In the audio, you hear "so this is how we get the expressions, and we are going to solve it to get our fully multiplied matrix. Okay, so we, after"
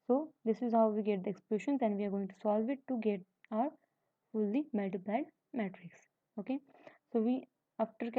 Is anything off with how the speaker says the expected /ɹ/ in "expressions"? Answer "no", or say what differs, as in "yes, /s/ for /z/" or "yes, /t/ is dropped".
yes, /l/ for /ɹ/